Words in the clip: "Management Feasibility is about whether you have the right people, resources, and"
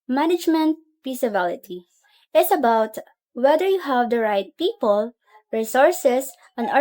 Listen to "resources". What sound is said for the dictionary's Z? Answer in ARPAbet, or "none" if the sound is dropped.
S